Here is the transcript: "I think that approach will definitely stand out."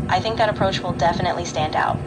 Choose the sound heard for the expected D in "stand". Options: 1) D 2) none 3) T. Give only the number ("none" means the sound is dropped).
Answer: 1